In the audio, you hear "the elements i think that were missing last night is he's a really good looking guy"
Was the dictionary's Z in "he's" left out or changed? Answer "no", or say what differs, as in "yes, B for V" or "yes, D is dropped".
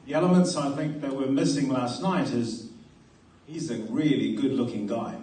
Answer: no